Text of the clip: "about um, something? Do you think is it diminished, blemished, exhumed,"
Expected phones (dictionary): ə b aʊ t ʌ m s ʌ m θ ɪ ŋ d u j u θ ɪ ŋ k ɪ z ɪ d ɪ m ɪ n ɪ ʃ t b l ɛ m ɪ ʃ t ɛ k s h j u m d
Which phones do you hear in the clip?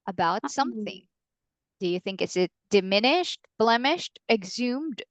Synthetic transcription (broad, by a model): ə b aʊ t s ʌ m θ ɪ ŋ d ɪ j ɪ θ ɪ ŋ k ɪ s ɪ d ɪ m ɪ n ɪ ʃ t b l ɛ m ɪ ʃ t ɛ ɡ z u m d